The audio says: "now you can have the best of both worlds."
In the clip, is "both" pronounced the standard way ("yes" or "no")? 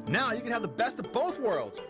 yes